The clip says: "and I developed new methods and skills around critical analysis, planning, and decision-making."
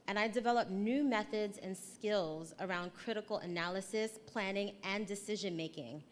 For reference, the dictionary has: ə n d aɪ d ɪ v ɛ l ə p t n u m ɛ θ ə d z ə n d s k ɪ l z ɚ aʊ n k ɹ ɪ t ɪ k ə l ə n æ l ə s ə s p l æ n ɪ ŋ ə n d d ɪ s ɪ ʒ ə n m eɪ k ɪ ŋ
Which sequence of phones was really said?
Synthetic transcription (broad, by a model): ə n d aɪ d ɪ v ɛ l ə p n u m ɛ θ ə d z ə n s k ɪ l z ɚ aʊ n k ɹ ɪ t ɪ k l ə n æ l ə s ə s p l æ n ɪ ŋ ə n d d ɪ s ɪ ʒ ə n m eɪ k ɪ ŋ